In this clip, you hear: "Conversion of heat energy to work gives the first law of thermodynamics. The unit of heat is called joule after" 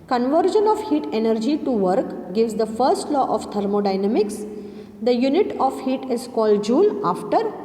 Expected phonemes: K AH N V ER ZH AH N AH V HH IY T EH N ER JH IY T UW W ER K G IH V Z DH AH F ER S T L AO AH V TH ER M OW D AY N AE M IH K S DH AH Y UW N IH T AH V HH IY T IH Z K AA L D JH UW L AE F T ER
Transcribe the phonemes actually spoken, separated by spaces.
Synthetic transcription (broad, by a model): K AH N V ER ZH AH N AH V HH IY T EH N ER JH IY T UW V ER K G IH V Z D AH F ER S T L AO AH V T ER M OW D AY N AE M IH K S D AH Y UW N IH T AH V HH IY T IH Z K AA L D JH UW L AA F T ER